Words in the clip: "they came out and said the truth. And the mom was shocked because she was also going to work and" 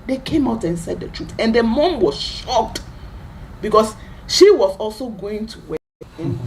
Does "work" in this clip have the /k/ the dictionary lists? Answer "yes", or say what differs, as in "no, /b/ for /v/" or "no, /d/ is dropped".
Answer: no, /k/ is dropped